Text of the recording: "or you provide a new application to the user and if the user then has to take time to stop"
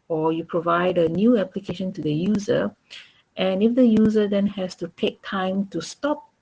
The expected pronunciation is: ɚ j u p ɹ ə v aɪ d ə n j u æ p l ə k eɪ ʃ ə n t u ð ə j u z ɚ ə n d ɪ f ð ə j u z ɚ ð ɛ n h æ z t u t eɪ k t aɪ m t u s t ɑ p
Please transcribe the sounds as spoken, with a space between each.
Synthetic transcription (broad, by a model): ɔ j u p ɹ ə v aɪ d ə n j u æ p l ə k eɪ ʃ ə n t u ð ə j u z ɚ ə n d ɪ f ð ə j u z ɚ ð ɛ n h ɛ s t u t eɪ k t aɪ m t u s t ɑ p